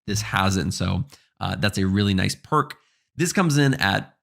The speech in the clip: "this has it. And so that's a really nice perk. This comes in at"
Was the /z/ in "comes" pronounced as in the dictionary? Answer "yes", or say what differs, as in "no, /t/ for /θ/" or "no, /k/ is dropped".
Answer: yes